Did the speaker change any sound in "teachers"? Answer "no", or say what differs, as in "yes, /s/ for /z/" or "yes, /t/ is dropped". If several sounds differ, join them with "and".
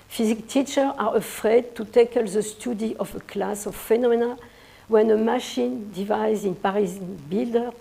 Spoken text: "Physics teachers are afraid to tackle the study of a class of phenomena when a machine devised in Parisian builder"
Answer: yes, /z/ is dropped